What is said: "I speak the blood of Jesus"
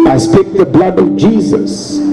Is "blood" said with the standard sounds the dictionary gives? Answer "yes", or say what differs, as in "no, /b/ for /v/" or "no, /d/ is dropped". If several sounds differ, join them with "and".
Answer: yes